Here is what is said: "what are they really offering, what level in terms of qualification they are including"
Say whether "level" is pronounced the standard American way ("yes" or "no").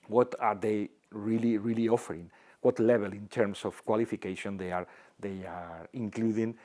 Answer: no